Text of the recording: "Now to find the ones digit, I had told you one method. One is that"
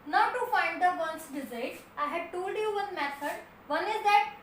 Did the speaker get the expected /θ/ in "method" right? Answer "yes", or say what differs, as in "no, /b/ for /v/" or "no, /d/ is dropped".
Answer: no, /s/ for /θ/